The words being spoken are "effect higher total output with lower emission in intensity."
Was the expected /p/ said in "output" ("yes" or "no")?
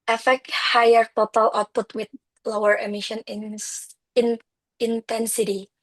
yes